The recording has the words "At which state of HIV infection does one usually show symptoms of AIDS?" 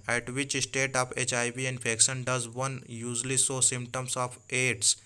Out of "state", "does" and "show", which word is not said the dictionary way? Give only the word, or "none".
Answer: show